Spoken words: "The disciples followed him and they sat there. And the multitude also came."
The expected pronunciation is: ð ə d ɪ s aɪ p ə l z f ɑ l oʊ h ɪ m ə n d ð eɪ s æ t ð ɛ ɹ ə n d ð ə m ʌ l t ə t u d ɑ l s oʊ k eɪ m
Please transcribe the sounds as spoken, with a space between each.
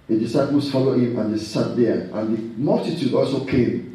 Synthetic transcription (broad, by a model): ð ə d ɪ s aɪ p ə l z f ɑ l oʊ h ɪ m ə n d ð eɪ s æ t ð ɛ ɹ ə n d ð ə m ʌ l t ə t u d ɑ l s oʊ k eɪ m